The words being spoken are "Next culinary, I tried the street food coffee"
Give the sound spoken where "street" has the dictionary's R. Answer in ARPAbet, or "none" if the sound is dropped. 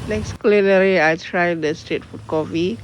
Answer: none